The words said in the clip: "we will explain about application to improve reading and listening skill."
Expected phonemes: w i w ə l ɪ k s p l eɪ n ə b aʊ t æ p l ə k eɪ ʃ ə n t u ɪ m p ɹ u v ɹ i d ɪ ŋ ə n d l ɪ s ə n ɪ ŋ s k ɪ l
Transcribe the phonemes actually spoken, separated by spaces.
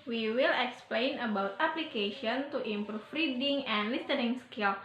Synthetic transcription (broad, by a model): w i w ə l ɪ k s p l eɪ n ə b aʊ t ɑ p l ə k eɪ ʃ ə n t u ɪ m p ɹ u f ɹ i d ɪ ŋ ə n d l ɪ s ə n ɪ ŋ s k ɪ l